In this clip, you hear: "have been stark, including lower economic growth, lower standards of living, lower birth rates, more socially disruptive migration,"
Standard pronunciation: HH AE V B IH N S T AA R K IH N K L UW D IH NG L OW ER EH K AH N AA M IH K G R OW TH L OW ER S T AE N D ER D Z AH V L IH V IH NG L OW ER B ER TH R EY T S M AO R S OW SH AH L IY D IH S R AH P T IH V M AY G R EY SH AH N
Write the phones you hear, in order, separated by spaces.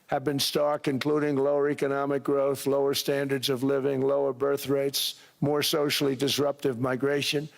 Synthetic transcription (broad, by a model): HH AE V B IH N S T AA R K IH N K L UW D IH NG L OW ER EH K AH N AA M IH K G R OW TH L OW ER S T AE N D ER D Z AH V L IH V IH NG L OW ER B ER TH R EY T S M AO R S OW SH L IY D IH S R AH P T IH V M AY G R EY SH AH N